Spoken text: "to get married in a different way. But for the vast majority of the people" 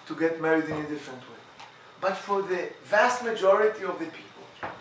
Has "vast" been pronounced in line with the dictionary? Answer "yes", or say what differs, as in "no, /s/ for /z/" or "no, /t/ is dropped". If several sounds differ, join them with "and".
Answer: yes